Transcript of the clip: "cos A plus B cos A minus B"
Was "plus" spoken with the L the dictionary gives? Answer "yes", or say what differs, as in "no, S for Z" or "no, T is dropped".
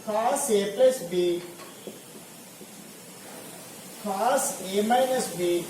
no, L is dropped